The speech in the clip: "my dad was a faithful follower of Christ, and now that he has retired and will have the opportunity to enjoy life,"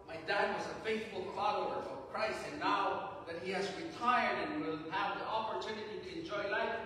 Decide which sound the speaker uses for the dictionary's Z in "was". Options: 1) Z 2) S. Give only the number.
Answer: 1